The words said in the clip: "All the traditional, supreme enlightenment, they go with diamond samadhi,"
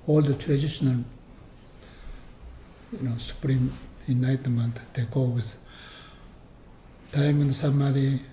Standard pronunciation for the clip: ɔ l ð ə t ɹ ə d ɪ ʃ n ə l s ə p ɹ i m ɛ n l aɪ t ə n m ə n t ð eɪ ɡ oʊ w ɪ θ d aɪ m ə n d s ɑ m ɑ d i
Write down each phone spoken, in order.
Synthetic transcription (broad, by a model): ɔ l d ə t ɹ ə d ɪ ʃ n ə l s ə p ɹ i m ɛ n aɪ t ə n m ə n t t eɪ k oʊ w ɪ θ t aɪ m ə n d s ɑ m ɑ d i